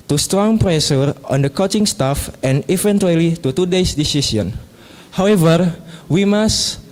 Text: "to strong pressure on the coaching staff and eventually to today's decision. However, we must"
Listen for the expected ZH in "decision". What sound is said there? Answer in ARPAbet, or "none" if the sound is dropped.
S